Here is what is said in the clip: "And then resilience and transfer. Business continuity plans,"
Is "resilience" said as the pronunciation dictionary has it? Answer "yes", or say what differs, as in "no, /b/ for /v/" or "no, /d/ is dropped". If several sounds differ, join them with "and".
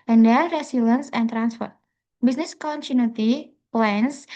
no, /s/ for /z/